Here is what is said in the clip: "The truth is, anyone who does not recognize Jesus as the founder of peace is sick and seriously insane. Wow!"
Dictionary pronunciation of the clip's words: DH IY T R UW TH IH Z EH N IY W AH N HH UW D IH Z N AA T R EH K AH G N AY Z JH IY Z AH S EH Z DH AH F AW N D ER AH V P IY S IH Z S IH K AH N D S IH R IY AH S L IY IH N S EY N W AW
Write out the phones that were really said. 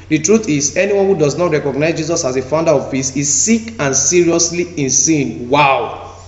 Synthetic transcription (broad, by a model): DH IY T R UW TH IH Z EH N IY W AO N HH UW D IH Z N AA T R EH K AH G N AY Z JH IY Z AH S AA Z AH F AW N D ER AH V F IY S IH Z S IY K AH N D S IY R IY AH S L IY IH N S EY N W AW